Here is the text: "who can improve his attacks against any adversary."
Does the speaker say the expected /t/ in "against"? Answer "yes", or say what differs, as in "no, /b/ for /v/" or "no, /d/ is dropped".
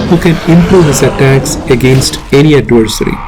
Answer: yes